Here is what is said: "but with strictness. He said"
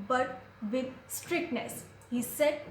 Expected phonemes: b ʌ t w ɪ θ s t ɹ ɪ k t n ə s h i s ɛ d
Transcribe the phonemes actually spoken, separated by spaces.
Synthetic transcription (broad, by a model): b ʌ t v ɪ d s t ɹ ɪ k t n ə s h i s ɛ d